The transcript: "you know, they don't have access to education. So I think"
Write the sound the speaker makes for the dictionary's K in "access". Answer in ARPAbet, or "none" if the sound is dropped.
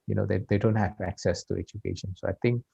K